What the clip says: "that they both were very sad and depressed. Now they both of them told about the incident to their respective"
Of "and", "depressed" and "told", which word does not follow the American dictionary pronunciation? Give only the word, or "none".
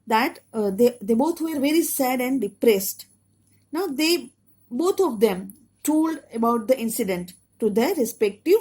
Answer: none